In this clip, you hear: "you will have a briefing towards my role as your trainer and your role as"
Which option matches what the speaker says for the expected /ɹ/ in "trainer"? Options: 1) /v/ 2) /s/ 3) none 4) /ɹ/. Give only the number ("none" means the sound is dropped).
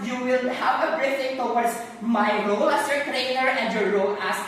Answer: 4